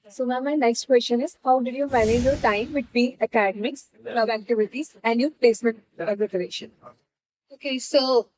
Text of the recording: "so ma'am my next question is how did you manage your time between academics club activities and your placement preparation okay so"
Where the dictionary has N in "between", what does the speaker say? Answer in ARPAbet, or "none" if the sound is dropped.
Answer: none